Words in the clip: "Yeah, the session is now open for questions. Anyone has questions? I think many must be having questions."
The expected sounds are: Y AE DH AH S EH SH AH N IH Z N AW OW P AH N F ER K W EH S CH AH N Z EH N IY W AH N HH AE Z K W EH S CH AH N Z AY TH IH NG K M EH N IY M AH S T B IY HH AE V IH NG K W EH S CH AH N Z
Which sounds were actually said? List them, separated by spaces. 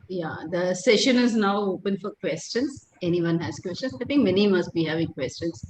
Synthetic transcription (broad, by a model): Y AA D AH S EH SH AH N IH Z N AW OW P AH N F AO K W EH S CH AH N S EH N IY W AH N HH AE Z K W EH S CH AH N S AY T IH NG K M EH N IY M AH S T B IY HH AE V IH NG K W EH S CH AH N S